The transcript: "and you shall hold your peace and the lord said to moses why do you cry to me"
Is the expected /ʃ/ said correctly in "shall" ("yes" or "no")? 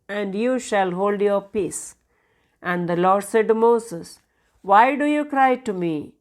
yes